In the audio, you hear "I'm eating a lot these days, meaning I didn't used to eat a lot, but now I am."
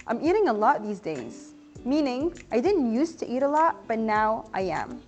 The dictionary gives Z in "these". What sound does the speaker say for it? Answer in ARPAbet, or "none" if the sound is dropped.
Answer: Z